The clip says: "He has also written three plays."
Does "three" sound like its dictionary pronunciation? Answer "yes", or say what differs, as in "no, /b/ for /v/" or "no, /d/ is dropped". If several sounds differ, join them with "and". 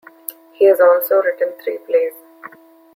no, /t/ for /θ/